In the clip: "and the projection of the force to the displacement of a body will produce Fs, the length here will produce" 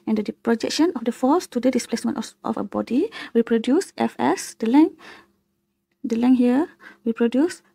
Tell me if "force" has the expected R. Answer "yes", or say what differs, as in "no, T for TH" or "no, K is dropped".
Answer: no, L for R